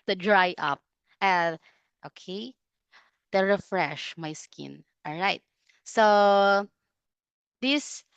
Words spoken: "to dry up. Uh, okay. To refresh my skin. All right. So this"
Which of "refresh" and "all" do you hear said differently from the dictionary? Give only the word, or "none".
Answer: none